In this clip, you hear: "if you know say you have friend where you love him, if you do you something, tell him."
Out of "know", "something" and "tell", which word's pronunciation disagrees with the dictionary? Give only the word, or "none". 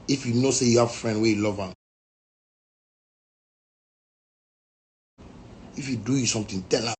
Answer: something